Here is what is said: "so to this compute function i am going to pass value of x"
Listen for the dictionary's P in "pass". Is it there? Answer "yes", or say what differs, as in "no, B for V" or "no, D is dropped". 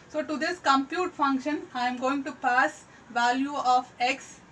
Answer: yes